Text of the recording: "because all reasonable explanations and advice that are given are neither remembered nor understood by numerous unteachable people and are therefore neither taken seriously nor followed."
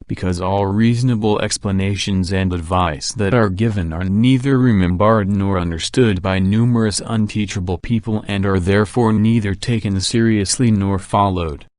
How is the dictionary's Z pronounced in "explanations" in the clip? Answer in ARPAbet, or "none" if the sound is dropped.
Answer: Z